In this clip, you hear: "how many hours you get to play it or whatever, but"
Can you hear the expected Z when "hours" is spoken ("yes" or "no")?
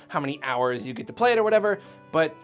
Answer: yes